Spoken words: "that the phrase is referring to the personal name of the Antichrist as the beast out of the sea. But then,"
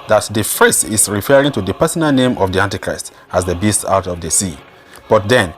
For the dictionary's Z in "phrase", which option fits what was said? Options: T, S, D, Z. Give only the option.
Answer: S